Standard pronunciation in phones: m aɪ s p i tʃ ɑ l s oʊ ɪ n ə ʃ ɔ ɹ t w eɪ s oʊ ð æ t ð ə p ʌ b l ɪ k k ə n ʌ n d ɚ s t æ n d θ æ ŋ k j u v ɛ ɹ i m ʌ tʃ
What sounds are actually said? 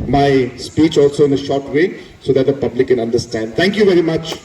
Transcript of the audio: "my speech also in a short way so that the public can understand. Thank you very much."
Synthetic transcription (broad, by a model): m aɪ s p i tʃ ɑ l s oʊ ɪ n ə ʃ ɔ ɹ t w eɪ s oʊ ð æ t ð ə p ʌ b l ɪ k k ə n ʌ n d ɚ s t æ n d t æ ŋ k j u v ɛ ɹ i m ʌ tʃ